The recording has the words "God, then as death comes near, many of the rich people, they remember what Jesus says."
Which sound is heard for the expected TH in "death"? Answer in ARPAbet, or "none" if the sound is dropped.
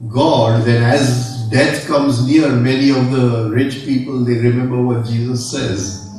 T